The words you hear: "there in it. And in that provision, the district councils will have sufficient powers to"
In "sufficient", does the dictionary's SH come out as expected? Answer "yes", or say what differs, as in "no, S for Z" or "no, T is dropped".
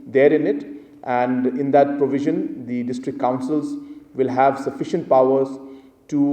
yes